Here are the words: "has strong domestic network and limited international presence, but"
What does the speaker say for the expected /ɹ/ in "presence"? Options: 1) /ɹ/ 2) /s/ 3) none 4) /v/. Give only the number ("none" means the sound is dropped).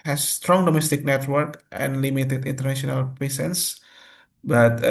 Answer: 3